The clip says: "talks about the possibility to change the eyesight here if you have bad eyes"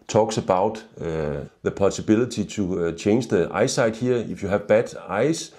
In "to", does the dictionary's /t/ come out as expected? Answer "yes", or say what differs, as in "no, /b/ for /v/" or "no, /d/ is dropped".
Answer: no, /s/ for /t/